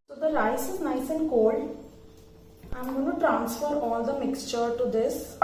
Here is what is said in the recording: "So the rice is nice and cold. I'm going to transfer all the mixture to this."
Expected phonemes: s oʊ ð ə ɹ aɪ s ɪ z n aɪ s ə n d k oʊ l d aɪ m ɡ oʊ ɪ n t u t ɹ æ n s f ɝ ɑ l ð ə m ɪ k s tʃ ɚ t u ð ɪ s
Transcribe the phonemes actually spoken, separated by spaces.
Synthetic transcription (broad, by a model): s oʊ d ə ɹ aɪ s ɪ z n aɪ s ə n d k oʊ l d aɪ m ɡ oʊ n t u t ɹ æ n s f ɝ ɑ l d ə m ɪ k s tʃ ɚ t u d ɪ s